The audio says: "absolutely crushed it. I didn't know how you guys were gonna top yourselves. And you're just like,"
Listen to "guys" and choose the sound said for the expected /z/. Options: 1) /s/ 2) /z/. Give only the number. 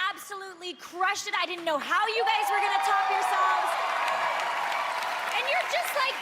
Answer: 2